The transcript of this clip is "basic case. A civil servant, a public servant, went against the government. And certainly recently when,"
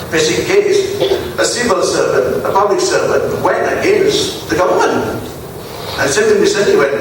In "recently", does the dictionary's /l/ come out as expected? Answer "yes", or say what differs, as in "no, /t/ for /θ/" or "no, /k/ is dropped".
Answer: no, /l/ is dropped